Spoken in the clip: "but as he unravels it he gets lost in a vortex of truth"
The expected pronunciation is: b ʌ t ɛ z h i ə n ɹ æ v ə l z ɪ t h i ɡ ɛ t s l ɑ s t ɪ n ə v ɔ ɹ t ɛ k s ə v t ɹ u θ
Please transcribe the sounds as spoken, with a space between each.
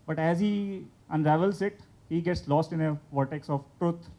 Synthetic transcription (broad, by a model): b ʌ t ɛ z h i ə n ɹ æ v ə l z ɪ t h i ɡ ɛ t s l ɑ s t ɪ n ə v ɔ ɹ t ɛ k s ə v t ɹ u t